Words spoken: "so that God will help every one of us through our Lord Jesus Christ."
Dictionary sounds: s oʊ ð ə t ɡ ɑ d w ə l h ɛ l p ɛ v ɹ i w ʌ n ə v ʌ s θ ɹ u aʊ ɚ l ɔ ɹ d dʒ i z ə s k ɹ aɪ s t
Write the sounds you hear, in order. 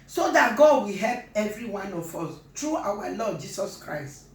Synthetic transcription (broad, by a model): s oʊ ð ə t ɡ ɑ d w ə h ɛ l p ɛ v ɹ i w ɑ n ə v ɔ s t ɹ u aʊ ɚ l ɔ d dʒ i s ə s k ɹ aɪ s t